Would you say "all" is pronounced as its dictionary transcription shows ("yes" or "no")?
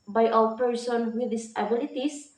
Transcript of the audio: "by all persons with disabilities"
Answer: no